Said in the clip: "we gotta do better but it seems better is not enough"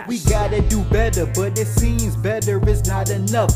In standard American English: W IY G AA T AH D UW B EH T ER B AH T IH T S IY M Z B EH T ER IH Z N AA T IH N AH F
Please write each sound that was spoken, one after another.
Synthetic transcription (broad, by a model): W IY G AA T AH D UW B EH T ER B AH T IH T S IY M Z B EH T ER IH Z N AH T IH N AH F